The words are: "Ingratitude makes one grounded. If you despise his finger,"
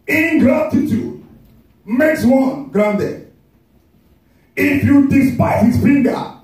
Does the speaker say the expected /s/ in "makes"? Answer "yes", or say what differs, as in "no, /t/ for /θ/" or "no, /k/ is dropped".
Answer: yes